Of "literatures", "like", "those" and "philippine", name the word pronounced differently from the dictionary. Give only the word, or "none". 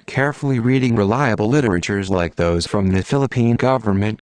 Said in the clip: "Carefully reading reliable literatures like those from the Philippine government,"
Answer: none